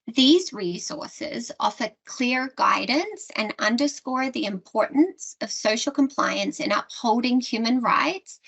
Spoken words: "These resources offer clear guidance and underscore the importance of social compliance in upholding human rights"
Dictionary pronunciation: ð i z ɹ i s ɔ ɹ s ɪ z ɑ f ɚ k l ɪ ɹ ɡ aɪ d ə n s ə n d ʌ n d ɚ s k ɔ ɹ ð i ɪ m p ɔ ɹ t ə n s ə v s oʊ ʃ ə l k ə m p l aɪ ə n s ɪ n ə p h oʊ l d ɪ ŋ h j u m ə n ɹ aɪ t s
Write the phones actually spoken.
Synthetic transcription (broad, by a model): ð i z ɹ i s ɔ ɹ s ɪ z ɑ f ɚ k l ɪ ɹ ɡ aɪ d n s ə n ʌ n d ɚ s k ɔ ɹ ð i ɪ m p ɔ ɹ t n s ə v s oʊ ʃ l k ə m p l aɪ ə n s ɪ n ə p h oʊ l d ɪ ŋ h j u m ə n ɹ aɪ t s